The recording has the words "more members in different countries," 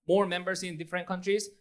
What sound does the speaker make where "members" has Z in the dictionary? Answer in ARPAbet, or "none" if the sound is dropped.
S